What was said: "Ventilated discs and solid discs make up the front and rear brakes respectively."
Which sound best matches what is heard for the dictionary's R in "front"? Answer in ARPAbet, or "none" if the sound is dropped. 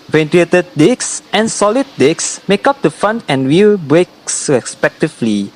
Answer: none